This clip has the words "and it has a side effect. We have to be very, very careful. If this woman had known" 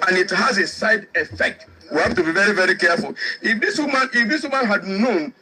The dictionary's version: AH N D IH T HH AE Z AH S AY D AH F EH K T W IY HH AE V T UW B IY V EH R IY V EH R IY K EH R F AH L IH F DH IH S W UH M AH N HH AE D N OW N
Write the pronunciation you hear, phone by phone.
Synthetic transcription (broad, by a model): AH N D IH T HH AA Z AH S AY D AH F EH K T W IY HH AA F T UW B IY V EH R IY V EH R IY K EH R F AH L IH F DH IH S W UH M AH N HH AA D N OW N